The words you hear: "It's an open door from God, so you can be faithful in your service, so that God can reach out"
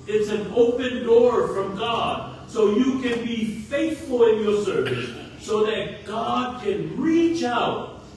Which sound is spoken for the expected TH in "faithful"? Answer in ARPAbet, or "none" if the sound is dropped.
TH